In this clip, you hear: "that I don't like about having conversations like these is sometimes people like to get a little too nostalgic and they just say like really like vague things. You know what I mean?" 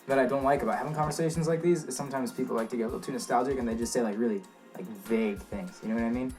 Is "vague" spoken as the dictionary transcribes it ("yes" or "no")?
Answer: yes